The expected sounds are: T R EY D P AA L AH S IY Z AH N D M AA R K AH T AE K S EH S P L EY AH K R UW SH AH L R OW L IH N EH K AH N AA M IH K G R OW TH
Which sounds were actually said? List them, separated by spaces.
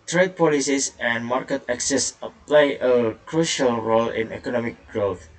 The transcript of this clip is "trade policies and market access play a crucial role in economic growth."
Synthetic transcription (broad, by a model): T R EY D P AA L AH S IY S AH N M AA R K AH T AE K S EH S P L EY AH K R UW SH AH L R OW L IH N EH K AH N AA M IH K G R OW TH